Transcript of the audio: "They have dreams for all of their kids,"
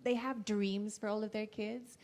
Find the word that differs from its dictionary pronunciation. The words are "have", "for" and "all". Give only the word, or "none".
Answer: none